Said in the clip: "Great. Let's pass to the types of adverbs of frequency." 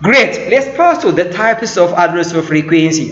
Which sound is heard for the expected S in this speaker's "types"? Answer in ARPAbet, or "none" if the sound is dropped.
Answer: S